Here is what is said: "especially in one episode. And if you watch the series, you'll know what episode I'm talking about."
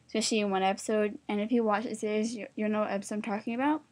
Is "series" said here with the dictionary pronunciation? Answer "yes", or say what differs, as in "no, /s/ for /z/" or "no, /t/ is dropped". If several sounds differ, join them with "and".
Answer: no, /z/ is dropped